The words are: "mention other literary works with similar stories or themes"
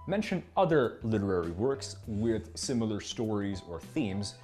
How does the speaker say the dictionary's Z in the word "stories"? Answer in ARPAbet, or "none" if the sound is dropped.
Z